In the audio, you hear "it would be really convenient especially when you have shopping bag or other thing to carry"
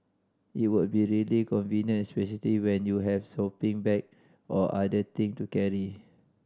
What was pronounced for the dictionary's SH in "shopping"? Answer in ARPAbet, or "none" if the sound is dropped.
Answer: S